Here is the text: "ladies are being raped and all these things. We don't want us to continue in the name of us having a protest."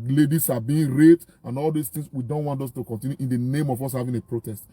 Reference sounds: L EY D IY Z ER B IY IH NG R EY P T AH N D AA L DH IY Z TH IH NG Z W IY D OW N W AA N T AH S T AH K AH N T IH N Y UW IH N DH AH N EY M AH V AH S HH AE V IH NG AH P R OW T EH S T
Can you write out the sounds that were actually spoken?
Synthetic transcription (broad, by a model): L EY D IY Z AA B IY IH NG R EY T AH N AA L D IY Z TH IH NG S W IY D OW N W AA N T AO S T AH K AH N T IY N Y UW IH N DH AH N EY M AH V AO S HH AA V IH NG AH P R OW T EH S T